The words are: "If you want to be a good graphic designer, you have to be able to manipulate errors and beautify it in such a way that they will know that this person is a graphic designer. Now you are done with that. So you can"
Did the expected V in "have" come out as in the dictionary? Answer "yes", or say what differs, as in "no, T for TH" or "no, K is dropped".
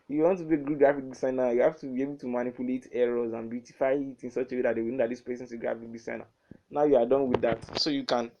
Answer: no, F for V